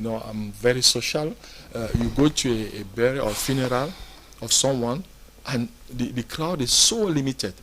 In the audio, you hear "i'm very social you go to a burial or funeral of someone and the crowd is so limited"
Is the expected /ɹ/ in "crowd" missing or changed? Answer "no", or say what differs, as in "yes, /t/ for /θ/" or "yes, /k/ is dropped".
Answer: yes, /l/ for /ɹ/